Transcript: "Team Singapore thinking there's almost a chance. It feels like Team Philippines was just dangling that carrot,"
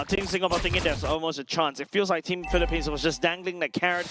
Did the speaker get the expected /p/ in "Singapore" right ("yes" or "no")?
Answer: no